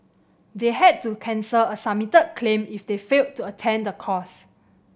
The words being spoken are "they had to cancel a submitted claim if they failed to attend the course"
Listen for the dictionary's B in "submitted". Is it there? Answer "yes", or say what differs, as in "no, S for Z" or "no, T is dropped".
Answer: no, B is dropped